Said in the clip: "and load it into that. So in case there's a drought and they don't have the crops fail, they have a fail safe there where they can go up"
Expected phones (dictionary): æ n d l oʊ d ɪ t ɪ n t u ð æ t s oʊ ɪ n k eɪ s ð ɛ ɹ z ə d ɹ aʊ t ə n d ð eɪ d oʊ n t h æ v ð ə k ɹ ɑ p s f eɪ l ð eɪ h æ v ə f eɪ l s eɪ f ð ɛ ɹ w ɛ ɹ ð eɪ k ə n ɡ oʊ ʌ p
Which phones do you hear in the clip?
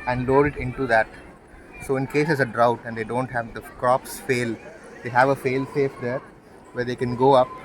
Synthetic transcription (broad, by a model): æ n d l oʊ d ɪ t ɪ n t u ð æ t s oʊ ɪ n k eɪ s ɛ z ə d ɹ aʊ t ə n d eɪ d oʊ n t h æ v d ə k ɹ ɑ p s f eɪ l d eɪ h æ v ə f eɪ l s eɪ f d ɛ ɹ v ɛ ɹ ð eɪ k ə n ɡ oʊ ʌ p